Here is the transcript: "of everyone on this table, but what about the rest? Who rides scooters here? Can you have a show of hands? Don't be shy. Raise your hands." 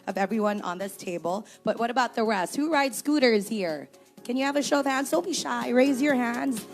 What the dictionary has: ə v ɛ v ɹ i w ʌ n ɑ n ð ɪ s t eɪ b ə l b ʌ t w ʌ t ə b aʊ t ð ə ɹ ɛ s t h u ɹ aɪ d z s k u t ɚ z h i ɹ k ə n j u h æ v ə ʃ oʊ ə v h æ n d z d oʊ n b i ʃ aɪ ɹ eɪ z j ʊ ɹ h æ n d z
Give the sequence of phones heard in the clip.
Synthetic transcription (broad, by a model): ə v ɛ v ɹ i w ʌ n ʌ n ð ɪ s t eɪ b ə l b ʌ t w ʌ t ə b aʊ t ð ə ɹ ɛ s t h u ɹ aɪ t s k u t ɚ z h i ɹ k ə n j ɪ v ə ʃ oʊ ə v h æ n d z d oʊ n b i ʃ aɪ ɹ eɪ z j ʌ ɹ h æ n d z